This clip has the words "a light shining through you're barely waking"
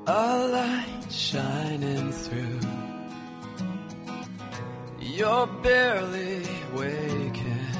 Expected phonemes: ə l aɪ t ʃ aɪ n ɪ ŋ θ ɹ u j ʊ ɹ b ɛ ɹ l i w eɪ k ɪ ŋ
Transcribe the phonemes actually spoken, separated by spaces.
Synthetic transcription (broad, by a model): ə l aɪ t ʃ aɪ n ɪ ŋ θ ɹ u j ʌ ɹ b ɛ ɹ l i w eɪ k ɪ